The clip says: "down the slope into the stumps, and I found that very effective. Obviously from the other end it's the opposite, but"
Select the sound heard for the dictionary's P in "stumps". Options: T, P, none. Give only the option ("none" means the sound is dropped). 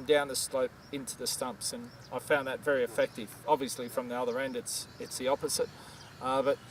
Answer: P